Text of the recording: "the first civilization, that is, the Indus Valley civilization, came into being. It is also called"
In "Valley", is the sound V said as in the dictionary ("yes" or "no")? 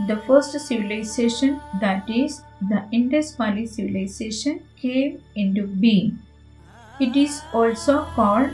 no